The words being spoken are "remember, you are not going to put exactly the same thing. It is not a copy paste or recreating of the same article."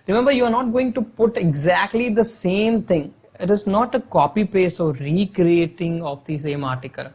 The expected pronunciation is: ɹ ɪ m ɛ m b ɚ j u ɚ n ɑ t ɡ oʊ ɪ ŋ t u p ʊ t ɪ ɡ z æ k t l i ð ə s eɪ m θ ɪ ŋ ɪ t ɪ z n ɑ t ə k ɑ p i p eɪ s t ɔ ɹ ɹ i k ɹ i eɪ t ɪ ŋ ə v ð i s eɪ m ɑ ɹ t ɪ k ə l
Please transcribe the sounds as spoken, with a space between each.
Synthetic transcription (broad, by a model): ɹ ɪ m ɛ m b ɚ j u ɚ n ɑ t ɡ oʊ ɪ ŋ t u p ʊ t ɪ ɡ z æ k t l i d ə s eɪ m t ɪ ŋ ɪ t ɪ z n ɑ t ə k ɑ p i p eɪ s ɔ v ɹ i k ɹ i eɪ t ɪ ŋ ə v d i s eɪ m ɑ ɹ t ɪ k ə l